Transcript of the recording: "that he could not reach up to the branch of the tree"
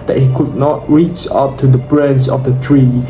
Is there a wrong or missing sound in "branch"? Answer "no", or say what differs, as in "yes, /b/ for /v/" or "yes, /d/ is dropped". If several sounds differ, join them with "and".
yes, /s/ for /tʃ/